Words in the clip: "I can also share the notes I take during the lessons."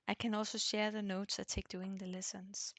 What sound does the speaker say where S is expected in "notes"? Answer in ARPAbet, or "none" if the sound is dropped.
S